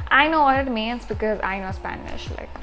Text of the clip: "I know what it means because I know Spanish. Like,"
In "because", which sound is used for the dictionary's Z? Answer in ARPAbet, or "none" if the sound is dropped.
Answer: Z